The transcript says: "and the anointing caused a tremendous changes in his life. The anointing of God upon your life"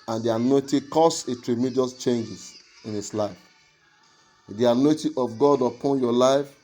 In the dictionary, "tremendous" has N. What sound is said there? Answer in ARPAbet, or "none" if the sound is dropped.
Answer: none